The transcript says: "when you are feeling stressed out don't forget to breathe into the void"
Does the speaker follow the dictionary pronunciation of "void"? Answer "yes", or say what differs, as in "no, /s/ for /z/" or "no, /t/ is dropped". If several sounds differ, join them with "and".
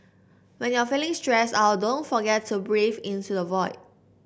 yes